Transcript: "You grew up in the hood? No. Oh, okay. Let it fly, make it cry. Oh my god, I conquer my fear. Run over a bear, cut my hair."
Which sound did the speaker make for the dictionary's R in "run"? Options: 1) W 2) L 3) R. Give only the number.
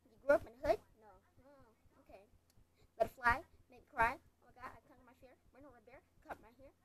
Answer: 1